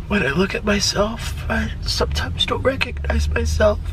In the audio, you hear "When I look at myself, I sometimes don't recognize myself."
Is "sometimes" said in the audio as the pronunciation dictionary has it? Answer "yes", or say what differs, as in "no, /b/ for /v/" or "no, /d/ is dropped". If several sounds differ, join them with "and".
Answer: yes